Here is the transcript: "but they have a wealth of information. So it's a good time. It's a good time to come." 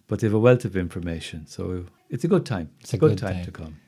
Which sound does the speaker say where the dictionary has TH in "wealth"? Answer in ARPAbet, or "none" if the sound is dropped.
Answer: T